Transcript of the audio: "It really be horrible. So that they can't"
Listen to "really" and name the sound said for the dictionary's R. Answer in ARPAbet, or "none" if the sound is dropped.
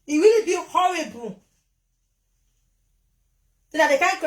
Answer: W